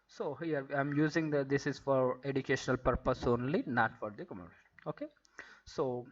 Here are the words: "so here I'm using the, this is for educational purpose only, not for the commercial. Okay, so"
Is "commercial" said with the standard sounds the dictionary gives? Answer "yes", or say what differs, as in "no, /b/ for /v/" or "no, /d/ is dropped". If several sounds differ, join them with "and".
no, /n/ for /l/